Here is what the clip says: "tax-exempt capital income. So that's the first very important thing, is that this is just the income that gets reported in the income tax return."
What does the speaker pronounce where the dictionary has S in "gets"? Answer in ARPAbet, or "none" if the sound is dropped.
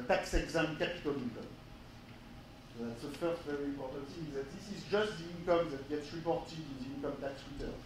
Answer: S